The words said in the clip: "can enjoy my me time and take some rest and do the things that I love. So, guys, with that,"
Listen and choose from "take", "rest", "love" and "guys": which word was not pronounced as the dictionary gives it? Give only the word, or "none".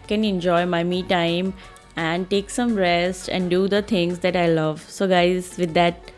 none